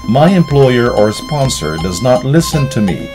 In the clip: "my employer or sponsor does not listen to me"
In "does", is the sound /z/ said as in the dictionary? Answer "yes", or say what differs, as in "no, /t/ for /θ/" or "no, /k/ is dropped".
yes